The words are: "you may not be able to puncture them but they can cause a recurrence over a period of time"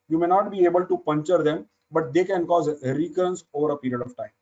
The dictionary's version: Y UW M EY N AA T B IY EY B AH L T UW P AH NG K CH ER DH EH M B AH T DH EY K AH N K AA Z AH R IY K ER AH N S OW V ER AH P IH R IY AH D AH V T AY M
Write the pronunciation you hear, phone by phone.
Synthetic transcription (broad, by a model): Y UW M EY N AA T B IY EY B AH L T UW P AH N CH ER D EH M B AH T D EY K AH N K AA Z R IY K ER AH N S OW V ER AH P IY R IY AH D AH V T AY M